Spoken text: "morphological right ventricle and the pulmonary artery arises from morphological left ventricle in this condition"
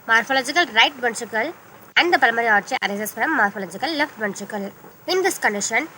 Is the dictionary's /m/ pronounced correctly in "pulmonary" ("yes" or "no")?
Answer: no